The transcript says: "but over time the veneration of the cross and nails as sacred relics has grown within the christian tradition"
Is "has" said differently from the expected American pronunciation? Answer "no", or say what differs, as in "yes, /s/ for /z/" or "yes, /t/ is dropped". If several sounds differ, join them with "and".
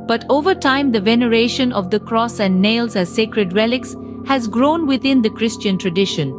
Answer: no